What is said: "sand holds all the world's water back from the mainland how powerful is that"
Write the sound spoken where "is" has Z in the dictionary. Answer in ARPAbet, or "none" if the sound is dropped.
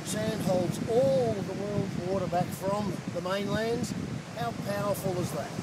Z